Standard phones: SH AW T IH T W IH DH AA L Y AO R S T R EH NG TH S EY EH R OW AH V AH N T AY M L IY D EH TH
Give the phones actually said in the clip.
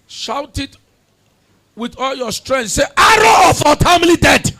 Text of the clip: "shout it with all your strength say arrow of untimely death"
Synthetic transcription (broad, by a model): SH AW T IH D W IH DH AA L Y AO S T R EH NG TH S EY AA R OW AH F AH T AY M L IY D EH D